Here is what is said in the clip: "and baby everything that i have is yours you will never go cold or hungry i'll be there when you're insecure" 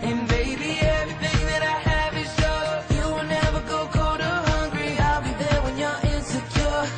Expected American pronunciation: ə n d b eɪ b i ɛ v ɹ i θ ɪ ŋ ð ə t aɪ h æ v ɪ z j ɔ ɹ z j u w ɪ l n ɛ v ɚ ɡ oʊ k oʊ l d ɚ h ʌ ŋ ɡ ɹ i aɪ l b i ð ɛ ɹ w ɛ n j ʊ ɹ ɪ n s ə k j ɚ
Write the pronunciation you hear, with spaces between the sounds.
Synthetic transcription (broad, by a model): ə n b eɪ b i ɛ v ɹ i θ ɪ ŋ ð ə t aɪ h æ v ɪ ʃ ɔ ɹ j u w ɪ l n ɛ v ɚ ɡ oʊ k oʊ d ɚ h ʌ ŋ ɡ ɹ i aɪ l b i ð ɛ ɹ w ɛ n j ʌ ɹ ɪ n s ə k j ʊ